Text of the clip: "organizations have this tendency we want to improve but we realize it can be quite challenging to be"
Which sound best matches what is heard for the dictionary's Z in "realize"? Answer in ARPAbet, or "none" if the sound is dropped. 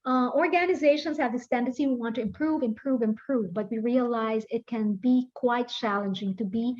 Z